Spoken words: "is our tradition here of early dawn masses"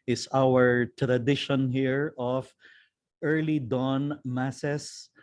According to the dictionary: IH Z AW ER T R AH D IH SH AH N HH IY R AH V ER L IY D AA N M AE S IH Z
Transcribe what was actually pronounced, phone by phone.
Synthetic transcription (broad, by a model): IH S AW ER T R AH D IH SH AH N HH IY R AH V ER L IY D AA N M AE S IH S